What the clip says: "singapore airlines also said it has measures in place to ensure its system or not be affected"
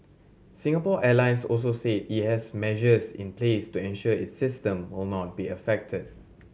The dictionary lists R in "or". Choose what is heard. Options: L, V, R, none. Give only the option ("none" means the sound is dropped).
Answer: L